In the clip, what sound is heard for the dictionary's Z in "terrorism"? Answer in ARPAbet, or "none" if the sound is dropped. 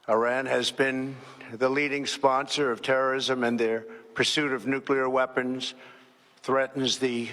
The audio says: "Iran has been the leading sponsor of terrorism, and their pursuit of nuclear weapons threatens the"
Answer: Z